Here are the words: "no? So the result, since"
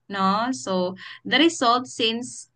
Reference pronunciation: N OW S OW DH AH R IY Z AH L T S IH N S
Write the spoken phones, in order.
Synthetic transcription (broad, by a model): N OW S OW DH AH R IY S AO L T S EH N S